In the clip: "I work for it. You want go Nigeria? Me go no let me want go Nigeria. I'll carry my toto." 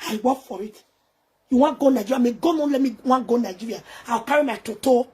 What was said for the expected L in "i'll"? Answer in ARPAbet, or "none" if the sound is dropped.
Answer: W